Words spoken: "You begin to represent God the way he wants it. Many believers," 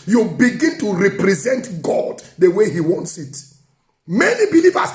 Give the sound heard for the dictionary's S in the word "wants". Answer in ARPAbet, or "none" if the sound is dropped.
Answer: S